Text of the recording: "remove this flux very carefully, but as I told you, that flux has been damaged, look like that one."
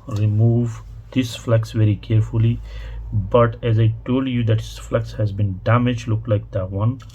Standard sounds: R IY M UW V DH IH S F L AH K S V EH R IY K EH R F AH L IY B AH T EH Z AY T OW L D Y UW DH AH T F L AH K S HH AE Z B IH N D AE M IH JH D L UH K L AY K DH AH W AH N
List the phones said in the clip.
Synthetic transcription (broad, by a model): R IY M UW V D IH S F L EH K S V EH R IY K EH R F AH L IY B AH T EH Z AY T OW L D Y UW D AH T F L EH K S HH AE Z B IH N D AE M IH JH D L UH K L AY K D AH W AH N